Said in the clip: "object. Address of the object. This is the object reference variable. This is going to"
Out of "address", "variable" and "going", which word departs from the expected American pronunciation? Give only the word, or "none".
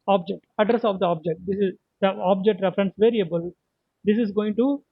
none